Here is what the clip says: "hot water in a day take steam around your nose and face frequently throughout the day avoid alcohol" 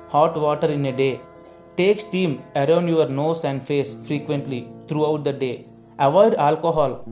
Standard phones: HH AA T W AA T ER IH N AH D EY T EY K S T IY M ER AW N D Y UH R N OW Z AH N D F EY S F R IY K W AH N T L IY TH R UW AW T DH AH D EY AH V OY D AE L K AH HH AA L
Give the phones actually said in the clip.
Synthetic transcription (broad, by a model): HH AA T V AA T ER IH N AH D EY T EY K S T IY M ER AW N D Y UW R N OW S AH N D F EY S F R IY K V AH N T L IY T R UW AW T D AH D EY AH V OY D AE L K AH HH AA L